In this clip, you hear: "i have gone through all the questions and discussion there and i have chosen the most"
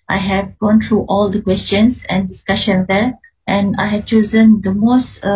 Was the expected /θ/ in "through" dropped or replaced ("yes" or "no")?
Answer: yes